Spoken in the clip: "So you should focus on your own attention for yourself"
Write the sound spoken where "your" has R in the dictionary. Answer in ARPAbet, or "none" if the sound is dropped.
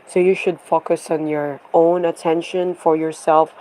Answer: R